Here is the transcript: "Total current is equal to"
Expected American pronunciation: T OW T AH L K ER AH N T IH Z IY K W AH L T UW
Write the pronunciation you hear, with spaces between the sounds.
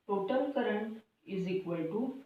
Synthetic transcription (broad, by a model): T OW T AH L K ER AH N IH Z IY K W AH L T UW